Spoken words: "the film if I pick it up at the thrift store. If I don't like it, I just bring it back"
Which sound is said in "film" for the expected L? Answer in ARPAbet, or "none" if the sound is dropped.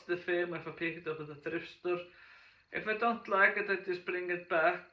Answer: none